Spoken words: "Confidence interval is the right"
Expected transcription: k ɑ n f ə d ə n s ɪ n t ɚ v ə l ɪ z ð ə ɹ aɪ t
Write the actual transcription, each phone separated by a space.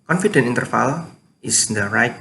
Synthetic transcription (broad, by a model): k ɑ n f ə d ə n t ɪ n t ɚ f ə l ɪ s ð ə ɹ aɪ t